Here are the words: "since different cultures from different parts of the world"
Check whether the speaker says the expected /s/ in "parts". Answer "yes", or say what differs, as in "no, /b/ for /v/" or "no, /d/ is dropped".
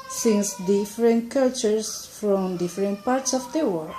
yes